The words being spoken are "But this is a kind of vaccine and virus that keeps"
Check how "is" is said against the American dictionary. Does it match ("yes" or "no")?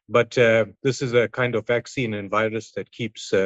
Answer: yes